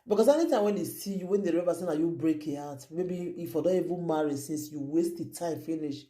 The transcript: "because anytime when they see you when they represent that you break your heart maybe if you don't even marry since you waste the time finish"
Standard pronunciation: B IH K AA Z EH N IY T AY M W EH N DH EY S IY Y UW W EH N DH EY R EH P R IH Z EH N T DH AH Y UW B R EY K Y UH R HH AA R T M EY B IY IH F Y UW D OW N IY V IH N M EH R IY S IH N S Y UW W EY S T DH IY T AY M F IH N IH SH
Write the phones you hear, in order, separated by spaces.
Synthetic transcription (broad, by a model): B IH K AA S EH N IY T AY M W EH N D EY S IY Y UW W EH N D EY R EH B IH S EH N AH Y UW B R EY K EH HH AA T M EY B IY IH F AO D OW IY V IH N M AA R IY S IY N S Y UW W EY S T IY T AY M F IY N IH SH